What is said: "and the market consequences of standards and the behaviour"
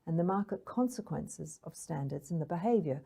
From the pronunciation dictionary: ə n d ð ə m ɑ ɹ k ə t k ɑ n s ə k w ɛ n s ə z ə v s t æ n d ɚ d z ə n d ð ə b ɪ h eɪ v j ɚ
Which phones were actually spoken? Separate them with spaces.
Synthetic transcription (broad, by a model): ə n ð ə m ɑ ɹ k ə t k ɑ n s ə k w ɛ n s ə z ə v s t æ n d ɚ d z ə n ð ə b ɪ h eɪ v j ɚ